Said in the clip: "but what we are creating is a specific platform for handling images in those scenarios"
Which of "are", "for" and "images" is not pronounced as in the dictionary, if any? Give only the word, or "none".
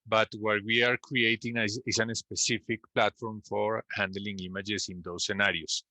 images